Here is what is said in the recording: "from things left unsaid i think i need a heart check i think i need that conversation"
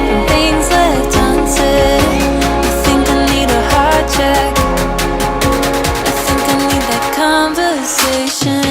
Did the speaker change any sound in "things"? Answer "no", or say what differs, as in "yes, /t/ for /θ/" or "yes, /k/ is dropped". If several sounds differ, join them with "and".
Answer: no